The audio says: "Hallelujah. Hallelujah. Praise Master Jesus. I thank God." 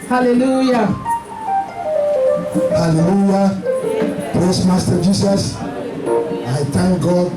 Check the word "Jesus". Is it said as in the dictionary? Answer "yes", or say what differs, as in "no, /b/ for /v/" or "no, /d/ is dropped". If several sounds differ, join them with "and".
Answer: no, /s/ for /z/